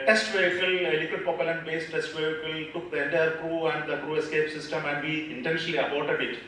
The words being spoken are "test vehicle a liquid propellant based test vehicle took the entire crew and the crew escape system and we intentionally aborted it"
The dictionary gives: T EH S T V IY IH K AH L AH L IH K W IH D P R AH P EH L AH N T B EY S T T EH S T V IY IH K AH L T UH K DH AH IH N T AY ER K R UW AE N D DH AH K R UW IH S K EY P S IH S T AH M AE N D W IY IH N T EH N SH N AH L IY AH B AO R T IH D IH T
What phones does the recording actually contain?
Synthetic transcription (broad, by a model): T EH S T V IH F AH L AH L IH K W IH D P AH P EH L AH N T B EY S T T EH S T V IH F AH L T UH K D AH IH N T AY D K R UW AE N D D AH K R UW IH S K EY P S IH S T AH M AE N D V IY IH N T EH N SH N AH L IY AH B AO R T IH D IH T